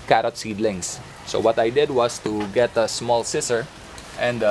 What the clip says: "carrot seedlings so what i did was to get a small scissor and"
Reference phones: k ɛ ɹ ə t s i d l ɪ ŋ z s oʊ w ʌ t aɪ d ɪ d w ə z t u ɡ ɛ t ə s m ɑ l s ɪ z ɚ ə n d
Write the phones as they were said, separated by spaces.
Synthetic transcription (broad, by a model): k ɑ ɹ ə t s i d l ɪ ŋ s s oʊ w ʌ t aɪ d ɪ d w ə s t u ɡ ɛ t ə s m ɑ l s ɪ s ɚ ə n d